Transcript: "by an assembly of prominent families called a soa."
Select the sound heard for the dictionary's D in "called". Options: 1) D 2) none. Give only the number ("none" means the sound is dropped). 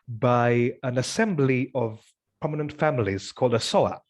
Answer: 1